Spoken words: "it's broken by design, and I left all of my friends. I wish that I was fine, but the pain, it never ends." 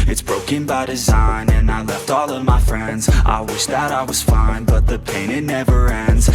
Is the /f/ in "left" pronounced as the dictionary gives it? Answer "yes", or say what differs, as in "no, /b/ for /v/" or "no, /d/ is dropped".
yes